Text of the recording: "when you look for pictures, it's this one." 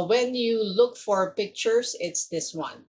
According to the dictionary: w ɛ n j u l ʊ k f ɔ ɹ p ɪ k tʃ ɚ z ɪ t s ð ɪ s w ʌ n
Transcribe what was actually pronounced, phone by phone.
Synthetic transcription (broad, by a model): w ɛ n j u l ʊ k f ɔ ɹ p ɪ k tʃ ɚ s ɪ t s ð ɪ s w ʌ n